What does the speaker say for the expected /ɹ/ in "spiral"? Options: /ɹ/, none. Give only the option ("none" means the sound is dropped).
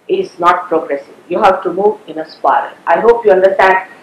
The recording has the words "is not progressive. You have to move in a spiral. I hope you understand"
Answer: none